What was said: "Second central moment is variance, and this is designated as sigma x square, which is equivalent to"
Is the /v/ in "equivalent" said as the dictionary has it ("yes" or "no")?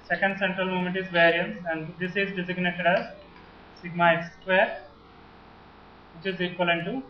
no